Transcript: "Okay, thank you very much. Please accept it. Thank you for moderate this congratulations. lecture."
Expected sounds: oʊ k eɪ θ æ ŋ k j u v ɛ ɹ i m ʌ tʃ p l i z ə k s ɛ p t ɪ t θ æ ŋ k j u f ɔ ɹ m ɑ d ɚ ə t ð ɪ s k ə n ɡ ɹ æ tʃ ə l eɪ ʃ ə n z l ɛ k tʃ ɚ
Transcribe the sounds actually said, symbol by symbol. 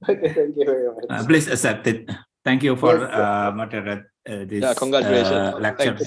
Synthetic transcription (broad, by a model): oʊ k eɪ t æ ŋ k j u v ɛ ɹ i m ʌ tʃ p l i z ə s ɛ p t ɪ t t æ ŋ k j u f ɔ ɹ m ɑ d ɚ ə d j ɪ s k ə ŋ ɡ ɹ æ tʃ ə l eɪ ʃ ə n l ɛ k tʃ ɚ